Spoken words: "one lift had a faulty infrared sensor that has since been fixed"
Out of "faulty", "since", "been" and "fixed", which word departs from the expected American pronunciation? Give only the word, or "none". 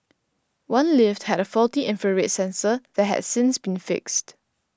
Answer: none